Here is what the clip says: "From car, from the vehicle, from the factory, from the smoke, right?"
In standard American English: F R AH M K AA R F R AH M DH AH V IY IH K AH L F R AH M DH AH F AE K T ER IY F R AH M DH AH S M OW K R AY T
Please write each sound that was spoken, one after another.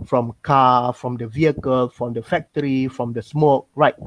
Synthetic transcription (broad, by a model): F R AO M K AA F R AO M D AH V IY IH K AH L F R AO M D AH F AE K T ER IY F R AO M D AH S M OW K R AY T